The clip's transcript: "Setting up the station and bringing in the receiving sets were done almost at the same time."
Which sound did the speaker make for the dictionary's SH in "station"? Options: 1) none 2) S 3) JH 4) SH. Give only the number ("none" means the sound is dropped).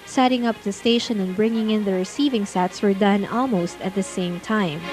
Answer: 4